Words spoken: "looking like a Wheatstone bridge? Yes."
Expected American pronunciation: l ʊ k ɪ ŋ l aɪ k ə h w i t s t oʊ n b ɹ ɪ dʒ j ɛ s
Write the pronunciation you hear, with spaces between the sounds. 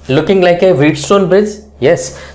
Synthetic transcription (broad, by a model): l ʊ k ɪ ŋ l aɪ k ə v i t s t oʊ n b ɪ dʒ j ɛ s